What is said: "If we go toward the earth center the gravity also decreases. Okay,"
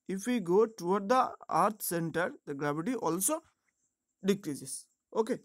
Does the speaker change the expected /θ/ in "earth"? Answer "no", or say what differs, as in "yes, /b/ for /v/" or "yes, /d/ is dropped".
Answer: yes, /t/ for /θ/